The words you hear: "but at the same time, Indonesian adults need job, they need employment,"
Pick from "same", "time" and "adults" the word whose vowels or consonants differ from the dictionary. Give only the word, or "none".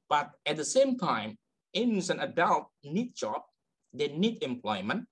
adults